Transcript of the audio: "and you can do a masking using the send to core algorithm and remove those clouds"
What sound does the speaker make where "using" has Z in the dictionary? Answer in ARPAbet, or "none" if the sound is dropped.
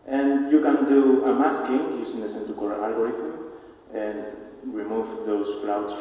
S